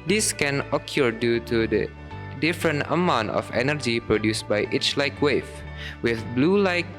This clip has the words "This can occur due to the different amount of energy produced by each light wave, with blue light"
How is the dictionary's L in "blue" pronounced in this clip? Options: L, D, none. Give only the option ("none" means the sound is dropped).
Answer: L